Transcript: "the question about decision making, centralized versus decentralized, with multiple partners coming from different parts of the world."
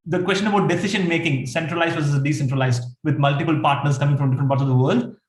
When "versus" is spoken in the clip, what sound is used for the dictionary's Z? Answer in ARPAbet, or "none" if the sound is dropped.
none